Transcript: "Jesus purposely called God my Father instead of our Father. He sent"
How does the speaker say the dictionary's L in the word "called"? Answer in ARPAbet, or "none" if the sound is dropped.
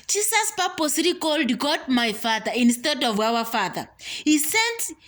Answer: L